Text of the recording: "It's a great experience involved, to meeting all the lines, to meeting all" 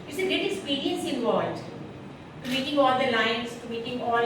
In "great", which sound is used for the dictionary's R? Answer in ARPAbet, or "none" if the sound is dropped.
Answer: none